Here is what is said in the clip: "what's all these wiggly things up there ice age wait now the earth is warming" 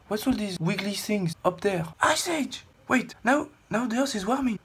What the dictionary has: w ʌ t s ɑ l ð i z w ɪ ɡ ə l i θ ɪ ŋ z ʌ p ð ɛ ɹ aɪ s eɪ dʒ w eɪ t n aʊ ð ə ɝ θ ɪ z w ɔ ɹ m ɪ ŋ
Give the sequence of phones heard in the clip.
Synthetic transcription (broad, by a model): w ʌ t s ɑ l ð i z w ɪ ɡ l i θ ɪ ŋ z ʌ p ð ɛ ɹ aɪ s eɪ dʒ w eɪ t n aʊ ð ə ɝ s ɪ z w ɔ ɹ m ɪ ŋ